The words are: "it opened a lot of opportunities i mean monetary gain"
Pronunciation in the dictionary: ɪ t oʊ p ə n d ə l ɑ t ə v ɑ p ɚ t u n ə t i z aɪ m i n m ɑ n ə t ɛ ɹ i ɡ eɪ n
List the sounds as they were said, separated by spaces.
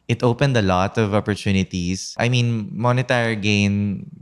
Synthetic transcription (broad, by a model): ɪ t oʊ p ə n d ə l ɑ t ə v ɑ p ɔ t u n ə t i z aɪ m i n m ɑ n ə t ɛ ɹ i ɡ eɪ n